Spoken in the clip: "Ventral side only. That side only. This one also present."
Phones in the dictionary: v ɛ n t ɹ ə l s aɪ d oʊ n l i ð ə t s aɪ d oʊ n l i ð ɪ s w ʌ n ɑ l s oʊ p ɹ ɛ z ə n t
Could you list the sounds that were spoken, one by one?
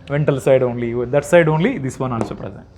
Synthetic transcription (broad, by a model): v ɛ n t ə l s aɪ d oʊ n l i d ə t s aɪ d oʊ n l i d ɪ s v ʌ n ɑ n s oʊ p ɹ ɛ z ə n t